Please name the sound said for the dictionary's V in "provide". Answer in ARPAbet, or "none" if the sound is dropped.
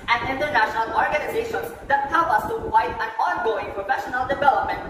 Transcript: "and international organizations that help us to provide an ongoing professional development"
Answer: none